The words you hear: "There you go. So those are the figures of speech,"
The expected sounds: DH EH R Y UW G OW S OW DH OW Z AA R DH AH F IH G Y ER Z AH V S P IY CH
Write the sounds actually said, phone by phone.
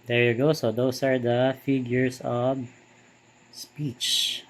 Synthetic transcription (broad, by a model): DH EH R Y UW G OW S OW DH OW S AA R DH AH F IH G Y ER S AH V S P IY CH